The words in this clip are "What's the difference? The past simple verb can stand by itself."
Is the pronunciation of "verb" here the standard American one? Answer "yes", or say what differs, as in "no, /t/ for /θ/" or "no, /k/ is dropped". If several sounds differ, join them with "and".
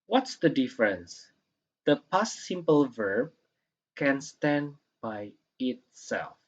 yes